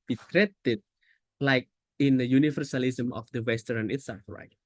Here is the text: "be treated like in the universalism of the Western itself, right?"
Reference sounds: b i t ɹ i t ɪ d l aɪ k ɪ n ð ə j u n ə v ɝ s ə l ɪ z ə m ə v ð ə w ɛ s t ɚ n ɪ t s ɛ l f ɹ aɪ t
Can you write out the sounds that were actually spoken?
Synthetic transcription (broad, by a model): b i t ɹ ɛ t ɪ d l aɪ k ɪ n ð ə j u n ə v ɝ s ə l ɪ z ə m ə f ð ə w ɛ s t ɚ n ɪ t s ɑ f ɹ aɪ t